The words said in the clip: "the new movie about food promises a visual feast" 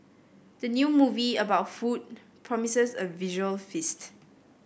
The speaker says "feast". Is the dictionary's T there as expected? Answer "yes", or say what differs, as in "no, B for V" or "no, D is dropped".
yes